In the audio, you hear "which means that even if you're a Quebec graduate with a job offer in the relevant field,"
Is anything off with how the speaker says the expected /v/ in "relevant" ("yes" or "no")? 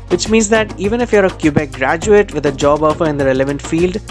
no